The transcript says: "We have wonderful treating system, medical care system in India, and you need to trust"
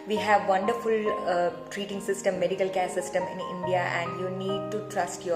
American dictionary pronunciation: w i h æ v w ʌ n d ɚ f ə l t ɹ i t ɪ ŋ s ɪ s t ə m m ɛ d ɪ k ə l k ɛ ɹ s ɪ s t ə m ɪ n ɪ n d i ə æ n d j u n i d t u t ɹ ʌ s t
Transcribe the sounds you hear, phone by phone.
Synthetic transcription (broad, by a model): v i h æ v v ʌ n d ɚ f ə l t ɹ i t ɪ ŋ s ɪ s t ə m m ɛ d ɪ k ə l k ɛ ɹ s ɪ s t ə m ɪ n ɪ n d i ə æ n d j u n i d t u t ɹ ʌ s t